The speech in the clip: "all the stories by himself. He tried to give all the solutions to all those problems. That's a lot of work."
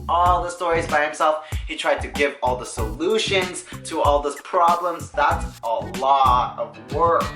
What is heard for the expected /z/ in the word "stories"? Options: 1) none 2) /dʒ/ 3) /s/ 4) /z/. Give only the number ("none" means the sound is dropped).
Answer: 4